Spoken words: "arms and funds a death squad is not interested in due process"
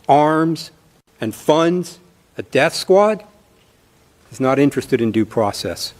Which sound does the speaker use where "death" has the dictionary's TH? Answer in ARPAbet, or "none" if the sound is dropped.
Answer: TH